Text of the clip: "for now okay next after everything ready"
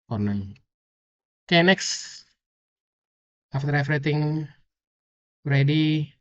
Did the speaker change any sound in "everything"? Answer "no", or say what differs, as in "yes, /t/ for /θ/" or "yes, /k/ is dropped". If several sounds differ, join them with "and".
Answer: yes, /f/ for /v/ and /t/ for /θ/